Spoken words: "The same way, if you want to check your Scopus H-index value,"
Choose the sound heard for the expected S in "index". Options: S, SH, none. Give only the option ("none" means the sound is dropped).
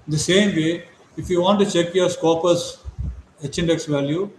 S